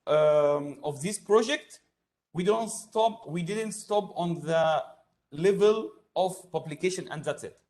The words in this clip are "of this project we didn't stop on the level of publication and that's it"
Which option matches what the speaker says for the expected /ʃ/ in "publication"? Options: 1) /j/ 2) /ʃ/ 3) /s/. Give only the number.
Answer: 2